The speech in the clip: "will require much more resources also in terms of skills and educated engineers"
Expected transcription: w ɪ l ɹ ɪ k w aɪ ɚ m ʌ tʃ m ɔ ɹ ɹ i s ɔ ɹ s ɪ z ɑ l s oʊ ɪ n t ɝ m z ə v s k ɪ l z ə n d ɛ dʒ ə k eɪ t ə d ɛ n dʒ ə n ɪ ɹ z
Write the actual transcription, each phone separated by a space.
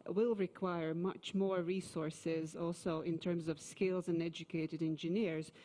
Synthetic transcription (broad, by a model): w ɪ l ɹ ɪ k w aɪ ɚ m ʌ tʃ m ɔ ɹ ɹ i s ɔ ɹ s ɪ z ɑ l s oʊ ɪ n t ɝ m z ə v s k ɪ l z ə n ɛ dʒ ə k eɪ t ə d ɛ n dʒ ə n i ɹ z